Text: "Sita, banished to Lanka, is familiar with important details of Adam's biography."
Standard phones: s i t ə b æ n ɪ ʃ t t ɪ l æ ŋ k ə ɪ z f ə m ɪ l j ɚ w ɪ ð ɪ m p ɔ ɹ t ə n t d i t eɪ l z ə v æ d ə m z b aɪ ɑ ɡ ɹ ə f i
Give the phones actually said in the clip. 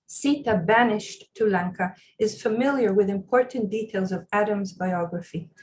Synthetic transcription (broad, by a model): s i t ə b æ n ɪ ʃ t t ɪ l æ ŋ k ə ɪ z f ə m ɪ l j ɚ w ɪ ð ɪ m p ɔ ɹ t n d i t eɪ l z ə v æ d ə m z b aɪ ɑ ɡ ɹ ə f i